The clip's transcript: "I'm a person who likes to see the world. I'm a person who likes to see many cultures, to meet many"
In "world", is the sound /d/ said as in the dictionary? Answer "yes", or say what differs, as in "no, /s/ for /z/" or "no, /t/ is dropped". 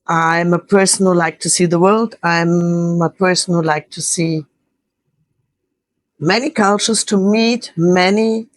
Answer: yes